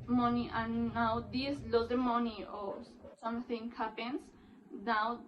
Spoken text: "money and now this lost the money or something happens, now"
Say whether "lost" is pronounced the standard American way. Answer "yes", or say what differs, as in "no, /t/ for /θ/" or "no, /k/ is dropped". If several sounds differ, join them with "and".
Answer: no, /s/ is dropped